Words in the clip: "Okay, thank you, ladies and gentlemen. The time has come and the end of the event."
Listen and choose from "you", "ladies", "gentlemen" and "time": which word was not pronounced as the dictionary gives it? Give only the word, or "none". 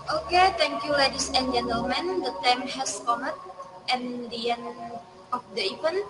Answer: ladies